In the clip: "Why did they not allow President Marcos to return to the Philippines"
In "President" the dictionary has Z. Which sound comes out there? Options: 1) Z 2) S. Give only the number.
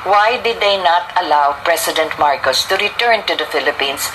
2